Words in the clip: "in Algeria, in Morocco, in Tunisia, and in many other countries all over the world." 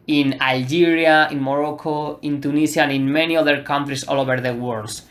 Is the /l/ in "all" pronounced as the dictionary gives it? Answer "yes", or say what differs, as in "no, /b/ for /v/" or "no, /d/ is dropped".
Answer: yes